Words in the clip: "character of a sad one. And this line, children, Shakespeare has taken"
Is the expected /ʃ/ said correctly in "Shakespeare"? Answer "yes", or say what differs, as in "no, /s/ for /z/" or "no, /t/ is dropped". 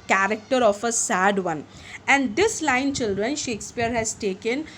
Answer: yes